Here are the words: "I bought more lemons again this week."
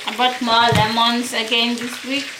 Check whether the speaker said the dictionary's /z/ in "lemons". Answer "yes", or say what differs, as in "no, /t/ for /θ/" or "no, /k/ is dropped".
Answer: no, /s/ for /z/